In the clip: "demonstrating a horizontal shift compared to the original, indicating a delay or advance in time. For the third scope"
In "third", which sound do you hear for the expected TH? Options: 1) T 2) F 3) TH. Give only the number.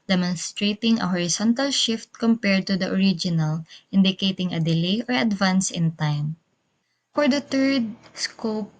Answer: 1